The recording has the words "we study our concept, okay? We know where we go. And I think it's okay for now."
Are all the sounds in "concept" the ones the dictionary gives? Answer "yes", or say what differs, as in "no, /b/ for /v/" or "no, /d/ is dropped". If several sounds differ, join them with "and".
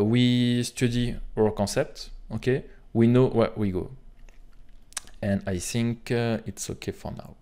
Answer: no, /n/ is dropped